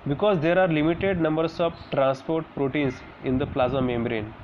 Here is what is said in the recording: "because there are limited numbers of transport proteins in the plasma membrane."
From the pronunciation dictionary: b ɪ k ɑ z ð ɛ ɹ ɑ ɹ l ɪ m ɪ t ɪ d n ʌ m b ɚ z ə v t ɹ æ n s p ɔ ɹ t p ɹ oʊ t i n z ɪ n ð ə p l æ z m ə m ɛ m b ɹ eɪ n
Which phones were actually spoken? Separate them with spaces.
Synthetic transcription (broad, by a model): b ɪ k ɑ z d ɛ ɹ ɑ ɹ l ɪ m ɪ t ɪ d n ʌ m b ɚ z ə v t ɹ æ n s p ɔ ɹ t p ɹ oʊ t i n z ɪ n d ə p l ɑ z ə m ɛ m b ɹ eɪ n